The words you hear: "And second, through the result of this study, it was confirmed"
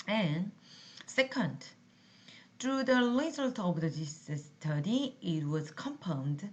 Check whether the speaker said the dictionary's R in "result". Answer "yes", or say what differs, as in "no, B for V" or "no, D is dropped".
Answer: no, L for R